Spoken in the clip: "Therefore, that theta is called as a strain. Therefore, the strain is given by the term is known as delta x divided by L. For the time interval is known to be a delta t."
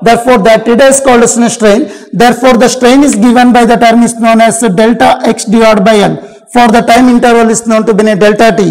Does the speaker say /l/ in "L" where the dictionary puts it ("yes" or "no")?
no